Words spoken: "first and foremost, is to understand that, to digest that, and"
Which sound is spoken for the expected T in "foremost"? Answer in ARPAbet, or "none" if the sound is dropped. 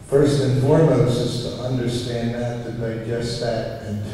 none